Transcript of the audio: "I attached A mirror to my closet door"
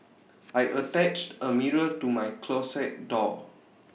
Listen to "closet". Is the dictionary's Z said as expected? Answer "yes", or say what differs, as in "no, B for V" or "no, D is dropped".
no, S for Z